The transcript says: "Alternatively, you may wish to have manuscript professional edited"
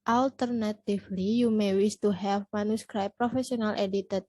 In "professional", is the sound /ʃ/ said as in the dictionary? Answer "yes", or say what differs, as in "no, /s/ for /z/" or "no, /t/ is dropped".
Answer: no, /s/ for /ʃ/